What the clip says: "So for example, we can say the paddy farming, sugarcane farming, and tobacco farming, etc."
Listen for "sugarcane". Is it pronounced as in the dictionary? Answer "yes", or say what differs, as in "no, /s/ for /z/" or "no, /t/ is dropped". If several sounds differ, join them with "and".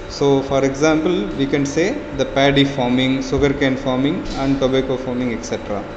no, /s/ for /ʃ/